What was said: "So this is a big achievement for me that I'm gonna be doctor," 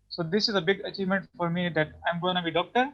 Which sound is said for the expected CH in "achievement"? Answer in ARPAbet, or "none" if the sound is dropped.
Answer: CH